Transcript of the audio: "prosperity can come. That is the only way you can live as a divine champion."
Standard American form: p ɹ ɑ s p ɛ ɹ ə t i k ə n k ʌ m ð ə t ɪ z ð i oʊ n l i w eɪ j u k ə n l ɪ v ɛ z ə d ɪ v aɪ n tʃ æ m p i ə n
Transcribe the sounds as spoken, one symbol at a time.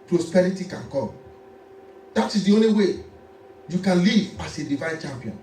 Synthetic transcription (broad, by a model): p ɹ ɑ s p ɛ ɹ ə t i k ə n k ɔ m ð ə t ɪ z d i oʊ n l i w eɪ j u k ə n l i v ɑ s ə d ɪ v aɪ n tʃ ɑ m p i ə n